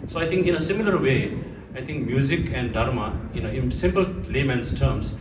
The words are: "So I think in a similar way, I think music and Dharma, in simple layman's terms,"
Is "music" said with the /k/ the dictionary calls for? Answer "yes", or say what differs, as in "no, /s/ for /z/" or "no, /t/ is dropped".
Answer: yes